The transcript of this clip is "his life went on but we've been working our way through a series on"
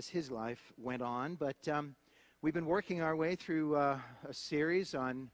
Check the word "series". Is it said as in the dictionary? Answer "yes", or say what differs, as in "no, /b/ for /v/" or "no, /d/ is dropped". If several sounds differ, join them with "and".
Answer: yes